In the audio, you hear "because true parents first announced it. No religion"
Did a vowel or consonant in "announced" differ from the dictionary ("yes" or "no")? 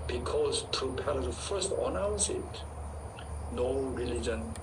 yes